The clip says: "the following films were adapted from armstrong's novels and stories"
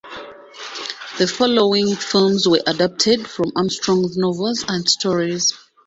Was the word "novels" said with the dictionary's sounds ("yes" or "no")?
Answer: yes